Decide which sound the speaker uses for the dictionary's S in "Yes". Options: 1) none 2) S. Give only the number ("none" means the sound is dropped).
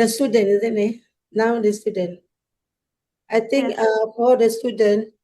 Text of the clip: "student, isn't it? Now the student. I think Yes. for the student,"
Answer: 1